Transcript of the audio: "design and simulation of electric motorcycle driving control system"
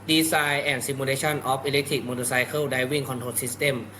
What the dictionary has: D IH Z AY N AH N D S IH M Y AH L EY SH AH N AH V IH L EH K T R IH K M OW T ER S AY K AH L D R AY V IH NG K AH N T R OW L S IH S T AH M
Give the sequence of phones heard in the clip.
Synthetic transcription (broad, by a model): D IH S AY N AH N S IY M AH L EY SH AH N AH P IH L EH K T R IH K M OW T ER S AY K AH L D AY W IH NG K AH N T OW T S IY S T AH M